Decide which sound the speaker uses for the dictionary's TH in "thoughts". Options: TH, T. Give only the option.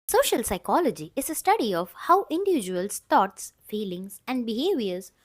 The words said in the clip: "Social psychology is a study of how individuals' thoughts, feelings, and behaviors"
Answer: T